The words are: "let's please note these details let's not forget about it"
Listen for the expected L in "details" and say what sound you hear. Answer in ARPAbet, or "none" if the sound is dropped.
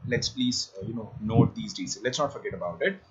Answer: none